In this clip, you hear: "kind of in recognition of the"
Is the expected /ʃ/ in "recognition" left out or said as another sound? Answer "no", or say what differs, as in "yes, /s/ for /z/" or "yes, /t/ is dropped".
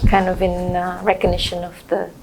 no